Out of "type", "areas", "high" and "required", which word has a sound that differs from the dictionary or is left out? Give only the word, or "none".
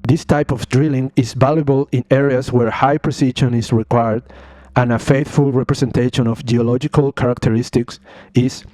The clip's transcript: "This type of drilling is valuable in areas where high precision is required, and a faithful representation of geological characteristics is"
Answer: areas